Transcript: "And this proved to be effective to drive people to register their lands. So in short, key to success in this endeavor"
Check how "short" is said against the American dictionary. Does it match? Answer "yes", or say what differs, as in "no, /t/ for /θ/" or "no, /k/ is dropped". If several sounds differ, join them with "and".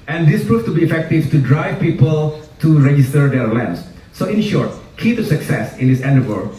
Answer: yes